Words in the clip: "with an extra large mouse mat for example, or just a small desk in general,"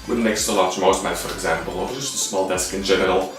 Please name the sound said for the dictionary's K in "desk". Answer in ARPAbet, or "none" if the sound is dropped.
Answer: K